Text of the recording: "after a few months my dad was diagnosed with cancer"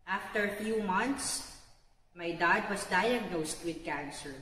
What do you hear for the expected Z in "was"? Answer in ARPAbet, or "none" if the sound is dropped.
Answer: S